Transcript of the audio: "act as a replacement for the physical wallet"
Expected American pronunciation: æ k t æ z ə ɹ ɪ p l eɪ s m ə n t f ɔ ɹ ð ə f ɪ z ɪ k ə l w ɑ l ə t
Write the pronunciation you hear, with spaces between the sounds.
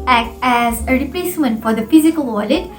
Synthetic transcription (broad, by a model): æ k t æ z ə ɹ ɪ p l eɪ s m ə n t f ɔ ɹ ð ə f ɪ z ɪ k ə l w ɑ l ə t